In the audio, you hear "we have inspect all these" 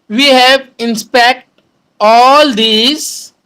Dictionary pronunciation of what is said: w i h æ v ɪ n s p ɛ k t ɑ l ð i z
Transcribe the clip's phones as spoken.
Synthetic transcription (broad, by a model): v i h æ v ɪ n s p ɛ k t ɑ l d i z